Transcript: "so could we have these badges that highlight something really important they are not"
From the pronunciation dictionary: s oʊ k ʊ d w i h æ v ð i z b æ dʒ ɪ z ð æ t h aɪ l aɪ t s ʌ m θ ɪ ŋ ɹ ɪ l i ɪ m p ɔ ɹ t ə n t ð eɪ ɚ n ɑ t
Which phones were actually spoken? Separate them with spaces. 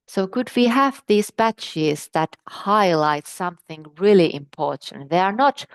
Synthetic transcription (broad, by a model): s oʊ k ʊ d w i h æ v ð i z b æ tʃ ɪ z ð æ t h aɪ l aɪ t s ʌ m θ ɪ ŋ ɹ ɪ l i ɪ m p ɔ ɹ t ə n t ð eɪ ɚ n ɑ t